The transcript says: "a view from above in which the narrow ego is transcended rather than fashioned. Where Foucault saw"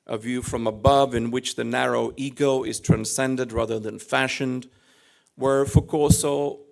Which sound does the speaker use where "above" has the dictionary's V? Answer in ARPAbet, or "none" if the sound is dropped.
V